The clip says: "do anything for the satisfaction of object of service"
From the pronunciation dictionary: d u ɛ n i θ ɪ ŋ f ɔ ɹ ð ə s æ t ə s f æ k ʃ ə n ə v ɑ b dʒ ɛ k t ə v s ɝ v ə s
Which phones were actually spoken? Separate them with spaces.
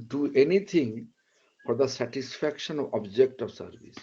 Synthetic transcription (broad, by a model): d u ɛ n i t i ŋ f ɔ ɹ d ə s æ t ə s f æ k ʃ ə n ə v ɑ b dʒ ɛ k t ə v s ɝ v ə s